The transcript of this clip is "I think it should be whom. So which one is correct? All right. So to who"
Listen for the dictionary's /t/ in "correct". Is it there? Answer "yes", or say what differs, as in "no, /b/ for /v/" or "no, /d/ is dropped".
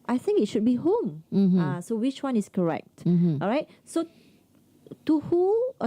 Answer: yes